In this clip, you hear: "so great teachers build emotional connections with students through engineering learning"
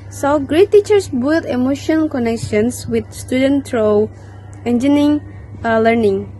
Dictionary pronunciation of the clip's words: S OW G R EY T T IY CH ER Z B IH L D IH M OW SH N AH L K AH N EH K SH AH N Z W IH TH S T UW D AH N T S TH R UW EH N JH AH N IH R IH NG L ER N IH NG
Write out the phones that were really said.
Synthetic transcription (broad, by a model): S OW G R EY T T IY CH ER S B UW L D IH M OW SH AH N K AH N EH K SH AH N S W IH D S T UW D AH N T R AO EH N JH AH N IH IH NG L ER N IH NG